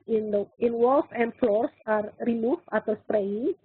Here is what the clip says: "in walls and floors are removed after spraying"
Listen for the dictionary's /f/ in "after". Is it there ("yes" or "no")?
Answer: no